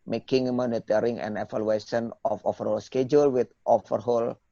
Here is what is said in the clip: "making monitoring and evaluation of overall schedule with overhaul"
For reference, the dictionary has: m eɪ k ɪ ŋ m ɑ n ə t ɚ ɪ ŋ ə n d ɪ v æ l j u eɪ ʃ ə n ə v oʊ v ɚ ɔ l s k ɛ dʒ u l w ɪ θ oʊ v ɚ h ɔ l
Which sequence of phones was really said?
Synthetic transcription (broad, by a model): m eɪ k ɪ ŋ m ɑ n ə t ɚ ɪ ŋ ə n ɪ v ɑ l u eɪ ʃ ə n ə f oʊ f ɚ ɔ l s k ɛ dʒ u l w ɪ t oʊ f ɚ h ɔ l